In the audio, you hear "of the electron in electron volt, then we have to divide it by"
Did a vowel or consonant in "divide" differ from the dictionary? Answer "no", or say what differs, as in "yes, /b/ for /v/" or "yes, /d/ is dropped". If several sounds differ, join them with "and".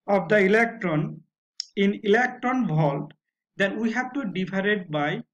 yes, /p/ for /v/